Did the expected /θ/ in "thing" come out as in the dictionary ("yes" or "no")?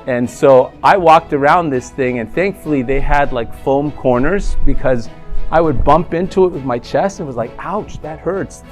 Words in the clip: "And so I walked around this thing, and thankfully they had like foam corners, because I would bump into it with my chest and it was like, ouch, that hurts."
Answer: yes